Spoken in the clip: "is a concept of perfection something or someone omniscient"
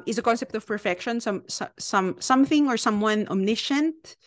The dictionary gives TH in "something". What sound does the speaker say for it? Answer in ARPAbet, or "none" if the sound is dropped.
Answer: TH